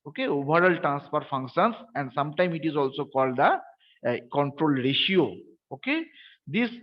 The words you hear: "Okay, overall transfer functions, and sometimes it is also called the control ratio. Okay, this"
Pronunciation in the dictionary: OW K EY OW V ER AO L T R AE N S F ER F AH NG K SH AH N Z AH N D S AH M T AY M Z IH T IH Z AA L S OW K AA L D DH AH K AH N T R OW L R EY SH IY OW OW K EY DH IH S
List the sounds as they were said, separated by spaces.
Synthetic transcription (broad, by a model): OW K EY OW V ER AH L T R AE N S P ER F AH NG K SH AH N S AH N D S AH M T AY M IH T IH Z AA L S OW K AA L D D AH K AH N T R OW L R EY SH IY OW OW K EY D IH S